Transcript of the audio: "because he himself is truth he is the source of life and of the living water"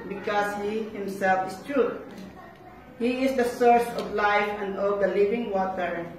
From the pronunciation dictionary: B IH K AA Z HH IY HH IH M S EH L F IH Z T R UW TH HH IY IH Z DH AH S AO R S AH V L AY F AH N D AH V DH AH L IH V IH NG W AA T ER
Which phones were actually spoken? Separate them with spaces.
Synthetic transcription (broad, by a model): B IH K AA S HH IY HH IH M S EH L F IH S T R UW T HH IY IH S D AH S AO R S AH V L AY F AH N D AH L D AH L IH V IH NG W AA T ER